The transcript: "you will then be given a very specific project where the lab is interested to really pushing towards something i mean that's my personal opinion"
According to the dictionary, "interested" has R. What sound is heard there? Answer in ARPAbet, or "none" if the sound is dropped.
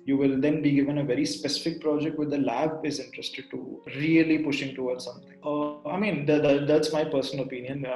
R